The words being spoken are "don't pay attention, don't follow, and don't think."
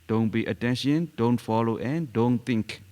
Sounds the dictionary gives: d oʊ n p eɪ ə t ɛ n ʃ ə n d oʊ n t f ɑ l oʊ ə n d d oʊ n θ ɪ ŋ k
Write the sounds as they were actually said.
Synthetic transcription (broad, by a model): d oʊ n b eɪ ə t ɛ n ʃ ə n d oʊ n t f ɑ l oʊ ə n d d oʊ n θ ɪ ŋ k